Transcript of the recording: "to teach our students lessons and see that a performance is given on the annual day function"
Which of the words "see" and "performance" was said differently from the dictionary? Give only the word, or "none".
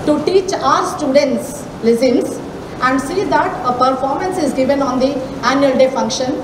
none